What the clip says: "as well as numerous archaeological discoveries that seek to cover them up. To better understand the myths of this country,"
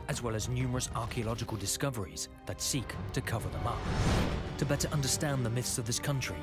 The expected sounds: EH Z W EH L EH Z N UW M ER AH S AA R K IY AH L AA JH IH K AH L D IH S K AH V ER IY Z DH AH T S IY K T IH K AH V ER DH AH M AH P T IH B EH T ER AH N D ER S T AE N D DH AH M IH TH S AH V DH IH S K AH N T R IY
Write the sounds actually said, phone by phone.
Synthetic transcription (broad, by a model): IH Z W EH L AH Z N UW M ER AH S AA R K IY AH L AA JH IH K AH L D IH S K AH V ER IY Z DH AH T S IY K T IH K AH V ER DH AH M AH P T IH B EH T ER AH N D ER S T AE N DH AH M IH TH S AH V DH IH S K AH N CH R IY